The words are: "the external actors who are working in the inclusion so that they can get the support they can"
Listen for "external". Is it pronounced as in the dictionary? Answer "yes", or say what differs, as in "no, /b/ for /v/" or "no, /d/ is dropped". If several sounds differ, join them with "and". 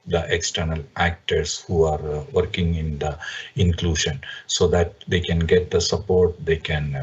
yes